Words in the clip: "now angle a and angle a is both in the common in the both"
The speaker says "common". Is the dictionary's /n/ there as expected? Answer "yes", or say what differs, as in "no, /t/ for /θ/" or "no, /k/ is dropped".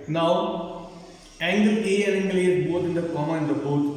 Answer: no, /n/ is dropped